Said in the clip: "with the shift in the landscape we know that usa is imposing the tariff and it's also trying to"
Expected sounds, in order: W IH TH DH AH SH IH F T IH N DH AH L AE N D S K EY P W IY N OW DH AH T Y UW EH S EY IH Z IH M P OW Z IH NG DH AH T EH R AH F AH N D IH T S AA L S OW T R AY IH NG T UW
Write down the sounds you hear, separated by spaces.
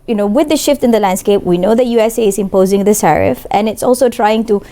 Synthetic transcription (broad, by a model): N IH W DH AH SH IH F T IH N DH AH L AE N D S K EY P W IY N OW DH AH T Y UW EH S EY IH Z IH M P OW Z IH NG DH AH S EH R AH F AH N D IH T S AA L S OW T R AY IH NG T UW